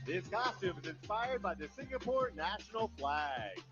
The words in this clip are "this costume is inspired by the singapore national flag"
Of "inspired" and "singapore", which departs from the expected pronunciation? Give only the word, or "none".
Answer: none